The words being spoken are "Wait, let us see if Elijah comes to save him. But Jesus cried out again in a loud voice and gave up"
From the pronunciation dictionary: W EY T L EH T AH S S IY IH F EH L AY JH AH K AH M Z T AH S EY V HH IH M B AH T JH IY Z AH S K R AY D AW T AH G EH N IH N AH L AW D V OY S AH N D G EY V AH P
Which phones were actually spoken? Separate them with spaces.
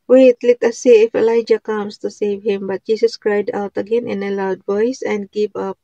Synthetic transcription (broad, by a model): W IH T L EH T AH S S IY IH F EH L AY JH AH K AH M S T AH S EY V HH IH M B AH T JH IY S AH S K R AY D AW T AH G EH N IH N AH L AW D V OY S AH N D G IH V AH P